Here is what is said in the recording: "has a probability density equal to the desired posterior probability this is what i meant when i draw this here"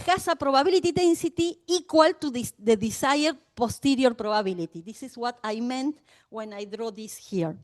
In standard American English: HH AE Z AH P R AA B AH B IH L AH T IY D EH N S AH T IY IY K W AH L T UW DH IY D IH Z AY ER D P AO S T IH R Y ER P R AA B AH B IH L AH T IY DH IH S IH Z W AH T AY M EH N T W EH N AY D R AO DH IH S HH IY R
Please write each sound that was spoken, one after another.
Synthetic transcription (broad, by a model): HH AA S AH P R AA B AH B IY L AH T IY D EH N S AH T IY IY K W AH L T UW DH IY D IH S AY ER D P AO S T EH R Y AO P R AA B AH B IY L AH T IY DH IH S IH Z W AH T AY M EH N T W EH N AY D R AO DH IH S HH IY R